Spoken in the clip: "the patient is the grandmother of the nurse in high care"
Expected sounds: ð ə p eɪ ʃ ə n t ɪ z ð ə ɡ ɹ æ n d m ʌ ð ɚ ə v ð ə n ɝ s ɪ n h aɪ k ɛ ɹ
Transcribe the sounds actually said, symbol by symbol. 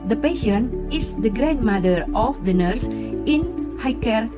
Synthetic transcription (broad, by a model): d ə p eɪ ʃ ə n ɪ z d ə ɡ ɹ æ n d m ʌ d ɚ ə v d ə n ɝ s ɪ n h aɪ k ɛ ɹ